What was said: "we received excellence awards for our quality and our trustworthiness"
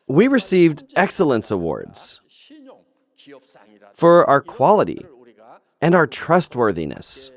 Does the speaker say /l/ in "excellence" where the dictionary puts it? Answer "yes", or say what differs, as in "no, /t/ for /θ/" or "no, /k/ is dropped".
yes